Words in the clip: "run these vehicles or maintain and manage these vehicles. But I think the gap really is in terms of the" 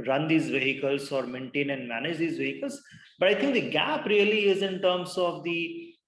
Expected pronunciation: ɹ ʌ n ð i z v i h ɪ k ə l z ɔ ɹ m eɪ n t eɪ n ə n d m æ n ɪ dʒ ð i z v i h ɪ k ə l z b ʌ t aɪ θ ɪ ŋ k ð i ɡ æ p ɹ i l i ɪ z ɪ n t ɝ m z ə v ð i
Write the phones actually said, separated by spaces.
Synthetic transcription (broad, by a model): ɹ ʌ n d i z v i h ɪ k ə l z ɔ ɹ m eɪ n t eɪ n ə n d m æ n ɪ dʒ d i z v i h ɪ k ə l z b ʌ t aɪ t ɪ ŋ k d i ɡ æ p ɹ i l i ɪ z ɪ n t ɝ m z ə v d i